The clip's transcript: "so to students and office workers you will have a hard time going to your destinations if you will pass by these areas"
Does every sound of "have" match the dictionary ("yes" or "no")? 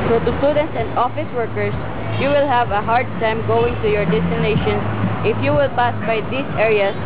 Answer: yes